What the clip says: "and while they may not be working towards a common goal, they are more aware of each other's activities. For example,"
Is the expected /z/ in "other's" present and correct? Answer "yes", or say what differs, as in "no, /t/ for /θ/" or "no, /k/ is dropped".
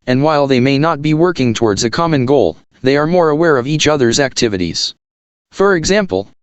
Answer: yes